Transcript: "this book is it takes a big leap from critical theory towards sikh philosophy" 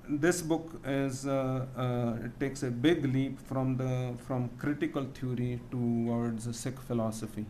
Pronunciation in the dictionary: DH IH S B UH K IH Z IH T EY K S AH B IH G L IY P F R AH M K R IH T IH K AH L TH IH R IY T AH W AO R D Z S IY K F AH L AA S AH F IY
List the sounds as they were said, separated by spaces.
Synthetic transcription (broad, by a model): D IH S B UH K IH Z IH T EY K S AH B IH G L IY P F R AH M K R IH T IH K AH L T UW R IY T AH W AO R D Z S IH K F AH L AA S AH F IY